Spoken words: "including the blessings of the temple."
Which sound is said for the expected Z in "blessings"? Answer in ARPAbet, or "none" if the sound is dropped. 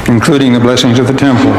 Z